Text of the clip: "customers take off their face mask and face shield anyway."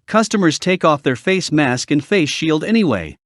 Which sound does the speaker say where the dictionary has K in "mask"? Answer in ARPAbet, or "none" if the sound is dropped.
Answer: K